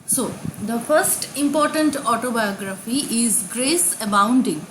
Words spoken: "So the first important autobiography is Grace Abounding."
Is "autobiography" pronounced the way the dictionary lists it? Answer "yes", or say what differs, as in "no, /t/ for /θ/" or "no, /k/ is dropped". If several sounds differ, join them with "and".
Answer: yes